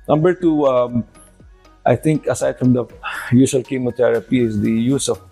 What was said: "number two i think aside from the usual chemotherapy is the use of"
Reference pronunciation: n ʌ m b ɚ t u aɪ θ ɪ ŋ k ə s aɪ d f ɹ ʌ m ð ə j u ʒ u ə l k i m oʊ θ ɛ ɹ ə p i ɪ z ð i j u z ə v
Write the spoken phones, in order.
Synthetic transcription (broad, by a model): n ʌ m b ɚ t u aɪ t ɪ ŋ k ə s aɪ d f ɹ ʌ m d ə j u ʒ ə l k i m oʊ t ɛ ɹ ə p i ɪ z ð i j u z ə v